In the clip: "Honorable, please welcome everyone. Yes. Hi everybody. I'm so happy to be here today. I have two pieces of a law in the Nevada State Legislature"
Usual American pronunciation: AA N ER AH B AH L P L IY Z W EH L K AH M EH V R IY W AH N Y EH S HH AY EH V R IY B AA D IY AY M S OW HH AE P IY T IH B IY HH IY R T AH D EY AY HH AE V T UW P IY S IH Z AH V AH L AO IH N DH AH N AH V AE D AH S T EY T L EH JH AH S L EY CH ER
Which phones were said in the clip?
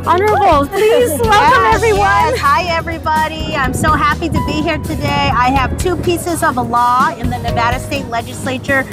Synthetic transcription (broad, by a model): AA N ER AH B L P L IY Z W EH L K AH M EH V R IY W AH N HH AY EH V R IY B AA D IY AY M S OW HH AE P IY T IH B IY HH IY R T AH D EY AY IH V T UW P IY S IH Z AH V AH L AO IH N DH AH N AH V AE D AH S T EY T L EH JH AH S L EY CH ER